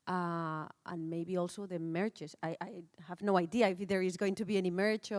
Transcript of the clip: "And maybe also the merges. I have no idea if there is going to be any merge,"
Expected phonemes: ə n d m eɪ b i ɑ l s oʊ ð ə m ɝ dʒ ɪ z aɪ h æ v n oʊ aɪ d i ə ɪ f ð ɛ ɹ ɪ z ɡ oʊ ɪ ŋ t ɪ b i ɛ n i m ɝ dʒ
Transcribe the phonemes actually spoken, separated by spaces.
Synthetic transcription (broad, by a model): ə n m eɪ b i ɑ l s oʊ ð ə m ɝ tʃ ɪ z aɪ h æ v n oʊ aɪ d i ə ɪ f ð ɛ ɹ ɪ z ɡ oʊ ɪ ŋ t ɪ b i ɛ n i m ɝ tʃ